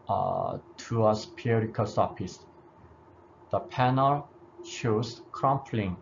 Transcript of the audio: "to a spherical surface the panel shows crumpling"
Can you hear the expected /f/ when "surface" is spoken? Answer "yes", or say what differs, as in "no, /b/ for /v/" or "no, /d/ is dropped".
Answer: no, /p/ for /f/